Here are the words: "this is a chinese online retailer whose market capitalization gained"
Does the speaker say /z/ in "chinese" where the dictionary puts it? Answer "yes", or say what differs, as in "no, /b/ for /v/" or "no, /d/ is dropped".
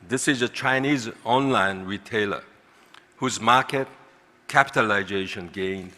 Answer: yes